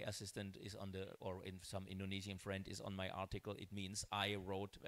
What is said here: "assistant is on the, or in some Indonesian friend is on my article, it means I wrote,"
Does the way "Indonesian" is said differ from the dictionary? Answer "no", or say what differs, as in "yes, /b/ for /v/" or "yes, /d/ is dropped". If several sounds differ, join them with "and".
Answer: yes, /z/ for /ʒ/